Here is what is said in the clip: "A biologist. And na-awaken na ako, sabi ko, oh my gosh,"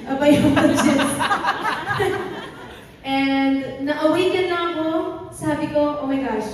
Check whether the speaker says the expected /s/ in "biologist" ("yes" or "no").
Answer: no